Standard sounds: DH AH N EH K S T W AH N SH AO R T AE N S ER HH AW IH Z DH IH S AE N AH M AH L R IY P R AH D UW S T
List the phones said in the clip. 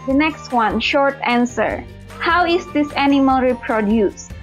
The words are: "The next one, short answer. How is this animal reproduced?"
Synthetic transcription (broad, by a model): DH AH N EH K S T W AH N SH AO R T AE N S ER HH AW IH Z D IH S AE N AH M AH L R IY P R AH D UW S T